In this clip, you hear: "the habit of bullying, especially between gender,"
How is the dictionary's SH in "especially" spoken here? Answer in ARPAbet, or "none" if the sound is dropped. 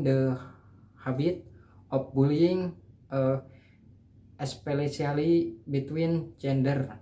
S